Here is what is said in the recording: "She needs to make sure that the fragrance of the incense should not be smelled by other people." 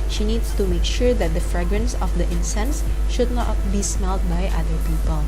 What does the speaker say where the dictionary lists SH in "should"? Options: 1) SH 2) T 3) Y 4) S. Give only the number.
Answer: 1